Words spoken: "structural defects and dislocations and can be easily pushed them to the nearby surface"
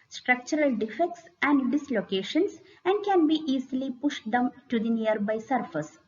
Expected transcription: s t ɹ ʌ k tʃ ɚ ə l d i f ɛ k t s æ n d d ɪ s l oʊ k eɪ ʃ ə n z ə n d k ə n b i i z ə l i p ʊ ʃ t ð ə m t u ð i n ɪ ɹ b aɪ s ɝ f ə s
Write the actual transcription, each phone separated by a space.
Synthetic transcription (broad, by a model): s t ɹ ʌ k tʃ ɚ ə l d i f ɛ k t s æ n d d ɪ s l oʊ k eɪ ʃ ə n s ə n d k ə n b i i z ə l i p ʊ ʃ t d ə m t u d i n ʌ ɹ b aɪ s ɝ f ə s